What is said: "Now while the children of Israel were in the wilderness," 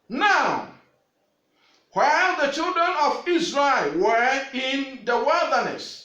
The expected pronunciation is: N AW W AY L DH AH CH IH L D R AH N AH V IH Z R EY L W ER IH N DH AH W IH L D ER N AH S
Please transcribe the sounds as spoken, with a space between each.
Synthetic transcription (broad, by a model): N AW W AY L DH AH CH IH L D R AH N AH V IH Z R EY L W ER IH N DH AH W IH L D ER N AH S